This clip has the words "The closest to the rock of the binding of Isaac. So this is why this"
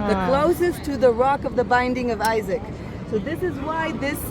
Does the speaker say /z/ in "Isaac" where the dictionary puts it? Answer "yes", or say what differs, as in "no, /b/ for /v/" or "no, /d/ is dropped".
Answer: yes